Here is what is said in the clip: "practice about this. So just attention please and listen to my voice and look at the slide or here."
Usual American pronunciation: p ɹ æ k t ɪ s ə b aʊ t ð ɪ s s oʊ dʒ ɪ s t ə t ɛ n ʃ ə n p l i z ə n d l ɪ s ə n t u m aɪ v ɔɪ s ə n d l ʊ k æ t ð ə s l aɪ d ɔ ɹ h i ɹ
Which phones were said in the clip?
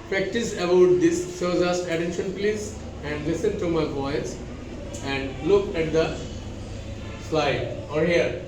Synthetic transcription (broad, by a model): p ɹ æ k t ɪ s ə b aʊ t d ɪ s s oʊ z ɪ s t ə t ɛ n ʃ ə n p l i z ə n d l ɪ s ə n t u m aɪ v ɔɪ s ə n d l ʊ k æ t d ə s l aɪ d ɔ ɹ h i ɹ